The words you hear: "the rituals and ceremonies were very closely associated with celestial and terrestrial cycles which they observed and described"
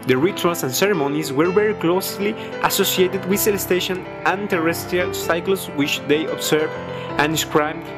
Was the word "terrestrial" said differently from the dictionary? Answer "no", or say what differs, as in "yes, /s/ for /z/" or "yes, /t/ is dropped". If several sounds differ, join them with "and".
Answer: no